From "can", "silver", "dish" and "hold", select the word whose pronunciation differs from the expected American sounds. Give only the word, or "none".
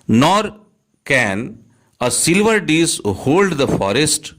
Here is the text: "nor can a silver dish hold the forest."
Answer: dish